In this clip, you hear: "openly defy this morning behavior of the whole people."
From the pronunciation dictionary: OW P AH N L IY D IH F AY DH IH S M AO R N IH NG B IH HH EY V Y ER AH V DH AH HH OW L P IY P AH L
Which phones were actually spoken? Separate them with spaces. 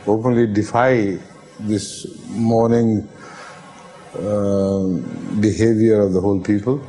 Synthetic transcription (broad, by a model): OW P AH N L IY D IH F AY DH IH S M AO R N IH NG B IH HH EY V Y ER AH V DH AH HH OW L P IY P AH L